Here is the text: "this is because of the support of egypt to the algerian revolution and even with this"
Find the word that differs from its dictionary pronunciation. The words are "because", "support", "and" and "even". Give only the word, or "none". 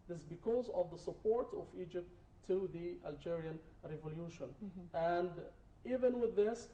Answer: none